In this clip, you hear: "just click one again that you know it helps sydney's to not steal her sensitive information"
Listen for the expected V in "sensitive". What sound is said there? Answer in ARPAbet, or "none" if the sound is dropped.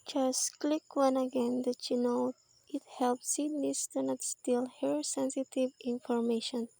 V